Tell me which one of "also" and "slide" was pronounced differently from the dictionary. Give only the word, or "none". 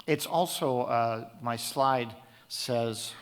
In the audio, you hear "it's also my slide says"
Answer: none